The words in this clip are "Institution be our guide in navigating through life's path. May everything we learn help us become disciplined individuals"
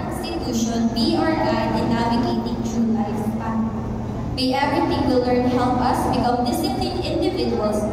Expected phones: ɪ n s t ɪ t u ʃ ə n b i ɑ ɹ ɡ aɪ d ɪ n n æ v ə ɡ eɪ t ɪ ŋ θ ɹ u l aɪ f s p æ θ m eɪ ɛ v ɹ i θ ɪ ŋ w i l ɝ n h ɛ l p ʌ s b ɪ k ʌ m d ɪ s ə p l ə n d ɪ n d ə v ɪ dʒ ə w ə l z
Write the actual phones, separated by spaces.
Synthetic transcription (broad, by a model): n s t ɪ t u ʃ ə n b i ɑ ɹ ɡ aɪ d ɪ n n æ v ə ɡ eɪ t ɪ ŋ t ɹ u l aɪ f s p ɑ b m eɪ ɛ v ɹ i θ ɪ ŋ w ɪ l ɝ n h ɛ l p ʌ s b ɪ k ʌ m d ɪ s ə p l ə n ɪ n d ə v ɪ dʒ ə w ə l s